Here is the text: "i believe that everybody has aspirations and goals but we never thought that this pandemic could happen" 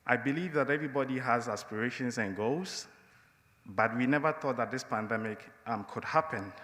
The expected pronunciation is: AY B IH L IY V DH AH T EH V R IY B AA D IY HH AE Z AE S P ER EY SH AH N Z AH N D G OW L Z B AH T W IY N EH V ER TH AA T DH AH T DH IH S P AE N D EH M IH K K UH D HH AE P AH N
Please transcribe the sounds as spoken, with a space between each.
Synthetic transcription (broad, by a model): AY B IH L IY V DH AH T EH V R IY B AA D IY HH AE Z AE S P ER EY SH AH N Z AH N G OW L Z B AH T W IY N EH V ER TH AA T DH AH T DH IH S P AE N D EH M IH K K UH D HH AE P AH N